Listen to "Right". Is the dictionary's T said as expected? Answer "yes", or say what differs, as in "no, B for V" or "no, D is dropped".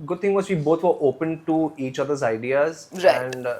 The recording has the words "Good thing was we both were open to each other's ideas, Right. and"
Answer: no, T is dropped